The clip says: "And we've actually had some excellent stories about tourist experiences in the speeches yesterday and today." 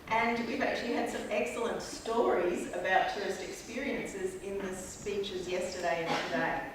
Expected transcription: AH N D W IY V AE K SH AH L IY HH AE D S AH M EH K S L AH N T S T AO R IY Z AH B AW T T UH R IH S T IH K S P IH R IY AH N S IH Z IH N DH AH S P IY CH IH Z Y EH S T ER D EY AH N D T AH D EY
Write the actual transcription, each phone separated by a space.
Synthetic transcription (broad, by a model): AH N W IY V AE K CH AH L IY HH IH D S AH M EH K S L AH N T S T AO R IY Z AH B AW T T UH R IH S T IH K S P IH R IY AH N S IH Z IH N DH AH S P IY CH IH Z Y EH S T ER D EY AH N T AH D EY